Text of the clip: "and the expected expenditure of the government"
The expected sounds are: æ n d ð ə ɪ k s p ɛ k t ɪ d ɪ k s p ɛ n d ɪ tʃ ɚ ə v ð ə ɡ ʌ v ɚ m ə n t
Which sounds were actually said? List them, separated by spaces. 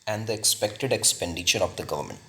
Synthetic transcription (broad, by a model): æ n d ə ɪ k s p ɛ k t ɪ d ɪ k s p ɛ n d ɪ ʃ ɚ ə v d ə ɡ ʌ v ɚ m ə n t